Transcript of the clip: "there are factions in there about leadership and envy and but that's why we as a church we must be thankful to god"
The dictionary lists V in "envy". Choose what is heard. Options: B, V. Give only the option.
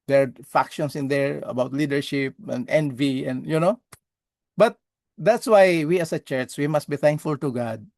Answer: V